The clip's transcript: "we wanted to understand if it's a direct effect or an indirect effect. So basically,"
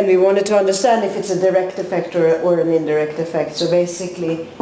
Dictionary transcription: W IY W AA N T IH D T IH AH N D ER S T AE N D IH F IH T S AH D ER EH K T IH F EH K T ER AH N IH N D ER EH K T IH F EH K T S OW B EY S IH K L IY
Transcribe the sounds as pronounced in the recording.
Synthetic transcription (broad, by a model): W IY W AA N T IH D T IH AH N D ER S T AE N D IH F IH T S AH D ER EH K T IH F EH K T ER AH N IH N D ER EH K T IH F EH K T S OW B EY S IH K L IY